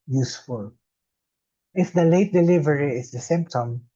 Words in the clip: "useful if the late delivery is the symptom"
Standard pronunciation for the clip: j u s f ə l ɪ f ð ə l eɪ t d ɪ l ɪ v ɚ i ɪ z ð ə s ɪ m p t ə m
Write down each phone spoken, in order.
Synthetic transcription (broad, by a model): j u s f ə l ɪ f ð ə l eɪ t d ɪ l ɪ v ɚ i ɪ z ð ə s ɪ m p t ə m